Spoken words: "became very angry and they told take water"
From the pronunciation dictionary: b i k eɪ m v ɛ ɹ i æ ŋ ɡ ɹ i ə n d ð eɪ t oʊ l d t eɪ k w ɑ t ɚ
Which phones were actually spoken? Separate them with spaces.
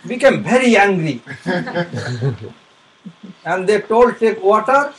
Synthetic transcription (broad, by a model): b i k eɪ m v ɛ ɹ i æ ŋ ɡ ɹ i ə n d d eɪ t oʊ l d t eɪ k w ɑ t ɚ